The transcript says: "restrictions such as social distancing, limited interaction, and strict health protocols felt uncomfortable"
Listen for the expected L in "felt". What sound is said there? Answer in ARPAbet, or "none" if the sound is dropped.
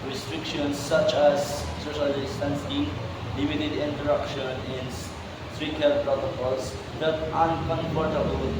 none